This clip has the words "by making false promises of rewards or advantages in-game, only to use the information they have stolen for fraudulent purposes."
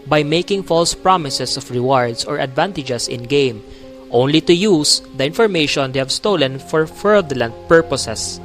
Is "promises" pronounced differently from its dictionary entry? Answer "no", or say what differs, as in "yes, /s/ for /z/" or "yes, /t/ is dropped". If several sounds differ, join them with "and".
yes, /s/ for /z/